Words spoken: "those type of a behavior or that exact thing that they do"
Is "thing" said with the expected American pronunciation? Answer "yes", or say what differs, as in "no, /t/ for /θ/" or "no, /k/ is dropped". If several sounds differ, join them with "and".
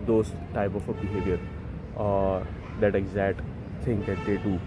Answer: no, /s/ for /θ/